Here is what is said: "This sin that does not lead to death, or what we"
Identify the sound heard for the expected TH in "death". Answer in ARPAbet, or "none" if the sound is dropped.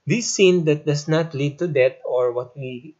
T